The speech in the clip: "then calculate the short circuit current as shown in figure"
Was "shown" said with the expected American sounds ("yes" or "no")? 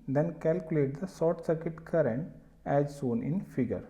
no